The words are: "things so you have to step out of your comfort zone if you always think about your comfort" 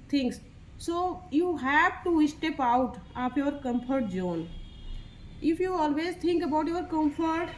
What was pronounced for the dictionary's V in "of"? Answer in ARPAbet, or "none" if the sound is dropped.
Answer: P